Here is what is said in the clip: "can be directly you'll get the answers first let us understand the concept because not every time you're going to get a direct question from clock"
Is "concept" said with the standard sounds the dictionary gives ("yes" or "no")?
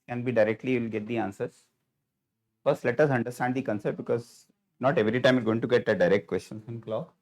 no